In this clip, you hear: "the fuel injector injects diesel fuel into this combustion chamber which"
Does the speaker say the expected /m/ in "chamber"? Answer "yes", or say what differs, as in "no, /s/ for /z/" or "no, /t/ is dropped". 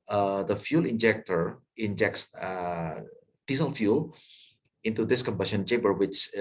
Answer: no, /m/ is dropped